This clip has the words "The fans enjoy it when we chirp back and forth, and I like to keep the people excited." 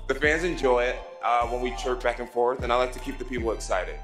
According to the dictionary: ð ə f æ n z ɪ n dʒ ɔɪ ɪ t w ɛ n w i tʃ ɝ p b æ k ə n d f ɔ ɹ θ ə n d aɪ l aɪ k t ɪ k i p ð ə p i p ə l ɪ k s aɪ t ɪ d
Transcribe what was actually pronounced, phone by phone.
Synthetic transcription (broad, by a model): ð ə f æ n z ɪ n dʒ ɔɪ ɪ t w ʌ n w i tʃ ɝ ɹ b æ k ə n f ɔ ɹ θ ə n aɪ l aɪ k t ɪ k i p ð ə p i p l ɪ k s aɪ t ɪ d